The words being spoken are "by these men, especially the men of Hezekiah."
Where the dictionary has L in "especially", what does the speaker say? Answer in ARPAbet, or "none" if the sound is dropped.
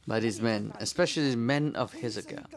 none